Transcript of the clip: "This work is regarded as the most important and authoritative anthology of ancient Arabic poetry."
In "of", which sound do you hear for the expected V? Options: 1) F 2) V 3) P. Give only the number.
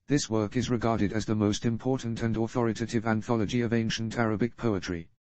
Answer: 2